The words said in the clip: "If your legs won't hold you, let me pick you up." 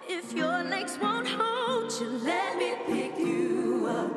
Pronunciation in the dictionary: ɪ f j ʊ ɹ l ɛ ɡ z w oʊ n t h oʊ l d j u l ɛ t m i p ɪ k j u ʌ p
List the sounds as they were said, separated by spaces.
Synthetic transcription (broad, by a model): ɪ f j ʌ ɹ n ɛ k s w oʊ n t h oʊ l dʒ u l ɛ t m i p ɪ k j u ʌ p